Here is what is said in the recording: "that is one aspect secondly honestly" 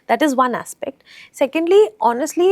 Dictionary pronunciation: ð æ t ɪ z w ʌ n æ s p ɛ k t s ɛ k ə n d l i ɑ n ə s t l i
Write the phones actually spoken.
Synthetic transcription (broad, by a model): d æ t ɪ z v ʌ n æ s p ɛ k t s ɛ k ə n d l i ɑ n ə s t l i